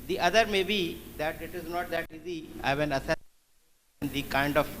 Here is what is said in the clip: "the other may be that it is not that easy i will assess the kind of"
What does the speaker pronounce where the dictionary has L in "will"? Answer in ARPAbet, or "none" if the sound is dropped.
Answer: N